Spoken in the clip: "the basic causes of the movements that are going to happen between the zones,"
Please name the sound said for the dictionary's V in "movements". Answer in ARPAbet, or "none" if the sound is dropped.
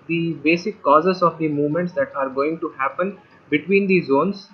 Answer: V